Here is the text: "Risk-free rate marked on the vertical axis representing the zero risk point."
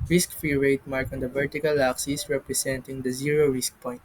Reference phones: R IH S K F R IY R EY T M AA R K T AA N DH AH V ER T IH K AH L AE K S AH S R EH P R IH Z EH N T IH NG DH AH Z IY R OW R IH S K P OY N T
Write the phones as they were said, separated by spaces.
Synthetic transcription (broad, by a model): R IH S K F R IY R EY T M AA R K AA N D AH V ER T IH K AH L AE K S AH S R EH P R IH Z EH N T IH NG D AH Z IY R OW R IH S K P OY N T